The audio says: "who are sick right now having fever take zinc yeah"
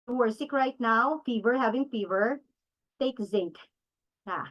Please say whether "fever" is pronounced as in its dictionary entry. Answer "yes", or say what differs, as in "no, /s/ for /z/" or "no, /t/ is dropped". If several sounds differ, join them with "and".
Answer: yes